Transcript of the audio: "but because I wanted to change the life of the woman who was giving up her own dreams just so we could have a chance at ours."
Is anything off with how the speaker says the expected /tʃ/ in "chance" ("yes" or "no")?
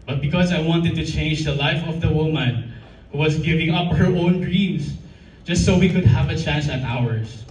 no